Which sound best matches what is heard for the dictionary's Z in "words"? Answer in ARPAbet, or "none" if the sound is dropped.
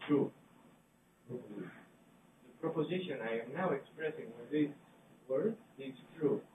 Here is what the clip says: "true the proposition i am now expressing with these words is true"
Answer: none